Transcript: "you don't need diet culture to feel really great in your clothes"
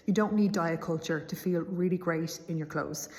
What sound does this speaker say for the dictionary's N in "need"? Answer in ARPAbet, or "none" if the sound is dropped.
N